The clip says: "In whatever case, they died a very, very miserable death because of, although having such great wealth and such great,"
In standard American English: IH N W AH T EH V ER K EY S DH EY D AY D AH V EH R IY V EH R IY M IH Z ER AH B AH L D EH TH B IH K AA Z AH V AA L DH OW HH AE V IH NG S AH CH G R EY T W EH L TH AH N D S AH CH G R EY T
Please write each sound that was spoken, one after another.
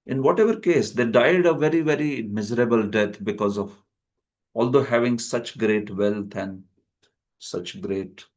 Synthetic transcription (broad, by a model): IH N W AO T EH V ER K EY S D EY D AY D AH V EH R IY V EH R IY M IH Z ER AH B AH L D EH T B IH K AA Z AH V AA L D OW HH AE V IH NG S AH CH G R EY T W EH L T AH N D S AH CH G R EY T